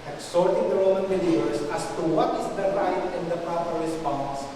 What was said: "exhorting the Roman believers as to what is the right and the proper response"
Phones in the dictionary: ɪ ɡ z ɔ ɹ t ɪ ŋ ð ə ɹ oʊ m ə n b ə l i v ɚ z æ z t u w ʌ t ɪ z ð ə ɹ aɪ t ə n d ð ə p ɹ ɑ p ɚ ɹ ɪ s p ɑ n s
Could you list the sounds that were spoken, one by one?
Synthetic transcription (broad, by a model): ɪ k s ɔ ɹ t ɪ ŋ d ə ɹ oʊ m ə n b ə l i ɚ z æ s t u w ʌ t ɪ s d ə ɹ aɪ t ə n d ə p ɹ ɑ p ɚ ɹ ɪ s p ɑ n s